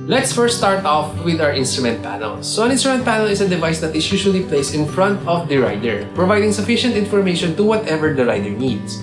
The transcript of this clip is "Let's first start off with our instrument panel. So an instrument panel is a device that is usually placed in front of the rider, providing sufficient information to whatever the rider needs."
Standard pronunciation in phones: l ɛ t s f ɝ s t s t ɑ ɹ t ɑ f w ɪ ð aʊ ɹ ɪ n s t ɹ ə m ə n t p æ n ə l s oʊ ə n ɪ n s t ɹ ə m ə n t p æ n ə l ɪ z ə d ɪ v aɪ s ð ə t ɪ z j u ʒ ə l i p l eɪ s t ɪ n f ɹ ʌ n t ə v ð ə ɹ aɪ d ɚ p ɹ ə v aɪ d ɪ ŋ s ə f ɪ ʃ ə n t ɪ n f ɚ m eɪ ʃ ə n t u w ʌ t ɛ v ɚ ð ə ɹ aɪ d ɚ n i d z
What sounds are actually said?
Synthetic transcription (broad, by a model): l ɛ t s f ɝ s s t ɑ ɹ t ɑ f w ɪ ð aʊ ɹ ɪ n s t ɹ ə m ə n t p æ n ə l s oʊ ə n ɪ n s t ɹ ə m ə n t p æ n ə l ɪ s ə d ɪ v aɪ s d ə t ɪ s j u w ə l i p l eɪ s ɪ n f ɹ ʌ n t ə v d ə ɹ aɪ d ɚ p ɹ ə v aɪ d ɪ ŋ s ə f ɪ ʃ ə n t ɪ n f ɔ m eɪ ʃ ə n t u w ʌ t ɛ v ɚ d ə ɹ aɪ d ɚ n i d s